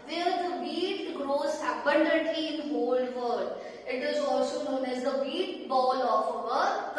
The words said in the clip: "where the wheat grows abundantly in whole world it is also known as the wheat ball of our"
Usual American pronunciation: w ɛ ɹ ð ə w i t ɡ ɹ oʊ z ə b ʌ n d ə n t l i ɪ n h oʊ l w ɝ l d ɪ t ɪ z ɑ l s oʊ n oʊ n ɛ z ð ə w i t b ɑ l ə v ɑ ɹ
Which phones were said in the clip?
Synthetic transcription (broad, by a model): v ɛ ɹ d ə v i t ɡ ɹ oʊ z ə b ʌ n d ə t i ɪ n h oʊ l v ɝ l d ɪ t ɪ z ɑ l s oʊ n oʊ n ɛ z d ə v i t b ɑ l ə f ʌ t